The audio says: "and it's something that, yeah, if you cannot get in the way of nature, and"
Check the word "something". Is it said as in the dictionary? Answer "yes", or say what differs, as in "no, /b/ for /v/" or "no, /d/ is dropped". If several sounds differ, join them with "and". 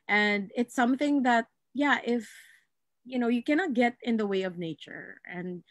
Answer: yes